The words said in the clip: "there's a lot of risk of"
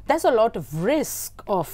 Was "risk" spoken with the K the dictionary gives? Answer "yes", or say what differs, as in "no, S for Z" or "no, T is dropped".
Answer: yes